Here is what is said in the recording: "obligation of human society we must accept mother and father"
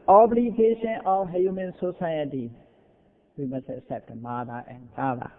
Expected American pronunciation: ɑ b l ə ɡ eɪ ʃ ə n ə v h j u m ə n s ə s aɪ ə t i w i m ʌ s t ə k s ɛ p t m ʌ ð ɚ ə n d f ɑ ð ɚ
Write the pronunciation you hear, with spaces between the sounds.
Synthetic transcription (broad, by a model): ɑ b l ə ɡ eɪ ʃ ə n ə f h j u m ə n s ə s aɪ ə t i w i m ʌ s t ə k s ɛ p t m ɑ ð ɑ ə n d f ɑ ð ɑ